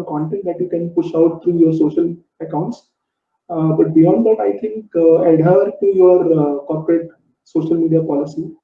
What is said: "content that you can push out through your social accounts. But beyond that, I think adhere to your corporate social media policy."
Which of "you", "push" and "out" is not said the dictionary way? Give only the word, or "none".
none